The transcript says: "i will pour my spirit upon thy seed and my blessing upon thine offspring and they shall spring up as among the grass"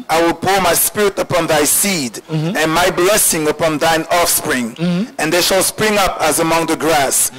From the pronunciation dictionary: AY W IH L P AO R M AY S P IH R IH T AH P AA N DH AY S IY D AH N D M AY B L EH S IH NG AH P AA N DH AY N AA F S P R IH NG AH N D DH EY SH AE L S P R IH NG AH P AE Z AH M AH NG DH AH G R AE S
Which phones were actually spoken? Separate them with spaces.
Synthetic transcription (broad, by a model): AY W IH L P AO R M AY S P IH R IH T AH P AA N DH AY S IY D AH N M AY B L EH S IH NG AH P AA N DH AY N AA F S P R IH NG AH N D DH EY SH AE L S P R IH NG AH P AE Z AH M AH NG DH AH G R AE S